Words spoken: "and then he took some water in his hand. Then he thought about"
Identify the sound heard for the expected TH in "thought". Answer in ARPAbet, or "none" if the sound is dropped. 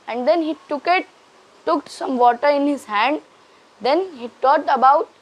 T